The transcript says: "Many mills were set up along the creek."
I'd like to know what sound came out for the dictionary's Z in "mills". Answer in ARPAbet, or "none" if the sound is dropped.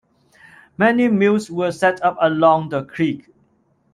S